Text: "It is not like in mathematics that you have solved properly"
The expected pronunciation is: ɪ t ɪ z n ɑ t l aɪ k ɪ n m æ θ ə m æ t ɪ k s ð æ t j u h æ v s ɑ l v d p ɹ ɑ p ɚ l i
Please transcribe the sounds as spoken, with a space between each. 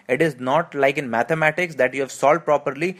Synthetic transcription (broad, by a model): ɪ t ɪ z n ɑ t l aɪ k ɪ n m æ t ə m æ t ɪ k s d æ t j u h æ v s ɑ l d p ɹ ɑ p ɚ l i